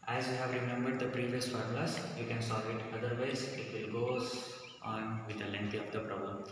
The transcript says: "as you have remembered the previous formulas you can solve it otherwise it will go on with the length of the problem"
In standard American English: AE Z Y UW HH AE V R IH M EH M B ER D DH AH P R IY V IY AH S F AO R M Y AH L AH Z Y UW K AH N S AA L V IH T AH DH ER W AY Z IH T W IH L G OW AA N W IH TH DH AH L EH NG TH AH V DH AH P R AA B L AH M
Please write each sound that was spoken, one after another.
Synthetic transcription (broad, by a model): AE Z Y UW HH AE V R IH M EH M B ER D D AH P R IY V IY AH S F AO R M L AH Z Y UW K AH N S AA L V IH T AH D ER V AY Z IH T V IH L G OW AA N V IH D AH L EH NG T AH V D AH P R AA B L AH M